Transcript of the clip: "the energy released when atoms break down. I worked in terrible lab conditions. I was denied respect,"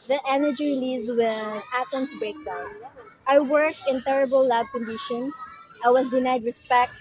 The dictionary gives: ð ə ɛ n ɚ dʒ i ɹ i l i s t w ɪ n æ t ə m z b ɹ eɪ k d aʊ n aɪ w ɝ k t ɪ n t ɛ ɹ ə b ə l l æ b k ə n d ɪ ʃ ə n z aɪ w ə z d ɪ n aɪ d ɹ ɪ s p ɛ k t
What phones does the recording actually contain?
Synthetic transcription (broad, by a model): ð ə ɛ n ɚ dʒ i ɹ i l i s w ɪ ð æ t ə m s b ɹ eɪ k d aʊ n aɪ w ɝ k t ɪ n t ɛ ɹ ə b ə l l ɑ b k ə n d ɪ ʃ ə n s aɪ w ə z d ɪ n aɪ d ɹ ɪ s p ɛ k t